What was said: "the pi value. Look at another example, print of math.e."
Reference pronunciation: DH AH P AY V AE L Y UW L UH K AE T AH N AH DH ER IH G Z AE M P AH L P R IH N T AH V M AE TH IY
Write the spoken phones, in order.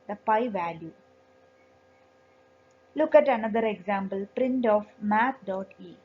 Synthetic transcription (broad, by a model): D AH P AY V AE L Y UW L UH K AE T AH N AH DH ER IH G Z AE M B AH L P R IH N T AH F M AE T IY